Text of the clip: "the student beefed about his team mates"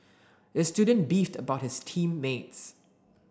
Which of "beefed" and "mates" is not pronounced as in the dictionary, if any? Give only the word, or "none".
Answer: none